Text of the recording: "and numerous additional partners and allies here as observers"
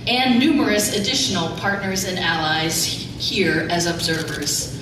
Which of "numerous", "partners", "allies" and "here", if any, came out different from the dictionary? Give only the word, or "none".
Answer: none